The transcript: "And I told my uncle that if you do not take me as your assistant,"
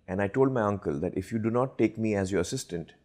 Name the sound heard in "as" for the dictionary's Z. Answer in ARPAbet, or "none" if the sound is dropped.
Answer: Z